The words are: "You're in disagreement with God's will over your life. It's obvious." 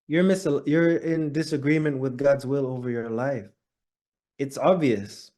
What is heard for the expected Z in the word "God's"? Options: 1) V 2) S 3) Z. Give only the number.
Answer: 3